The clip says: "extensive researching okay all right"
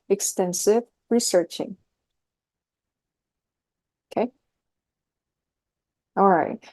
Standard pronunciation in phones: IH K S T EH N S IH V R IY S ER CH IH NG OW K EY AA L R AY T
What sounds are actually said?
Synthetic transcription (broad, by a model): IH K S T EH N S IH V R IY S ER CH IH NG OW K EY AA L R AY T